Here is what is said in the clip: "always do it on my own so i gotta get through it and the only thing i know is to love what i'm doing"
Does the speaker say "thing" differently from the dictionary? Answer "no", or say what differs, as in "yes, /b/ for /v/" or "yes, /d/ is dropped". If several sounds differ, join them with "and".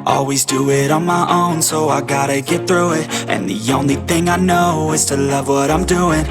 no